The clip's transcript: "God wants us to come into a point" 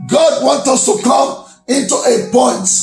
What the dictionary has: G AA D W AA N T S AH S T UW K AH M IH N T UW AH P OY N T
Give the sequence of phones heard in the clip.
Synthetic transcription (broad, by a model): G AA D W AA N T AH S T UW K AH M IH N T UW AH P OY N T